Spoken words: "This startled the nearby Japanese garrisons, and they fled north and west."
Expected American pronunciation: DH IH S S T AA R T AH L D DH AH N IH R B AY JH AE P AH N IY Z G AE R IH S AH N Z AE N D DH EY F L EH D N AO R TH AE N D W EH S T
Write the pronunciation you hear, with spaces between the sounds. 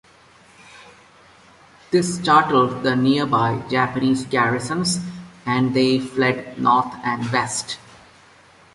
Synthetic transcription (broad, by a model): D IH S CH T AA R T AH L D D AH N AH R B AY JH AE P AH N IY Z G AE R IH S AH N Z AE N D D EY F L EH D N AO R T AE N D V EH S T